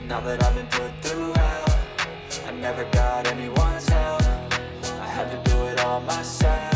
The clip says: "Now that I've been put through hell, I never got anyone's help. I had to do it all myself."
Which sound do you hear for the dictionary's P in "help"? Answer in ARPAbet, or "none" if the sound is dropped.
none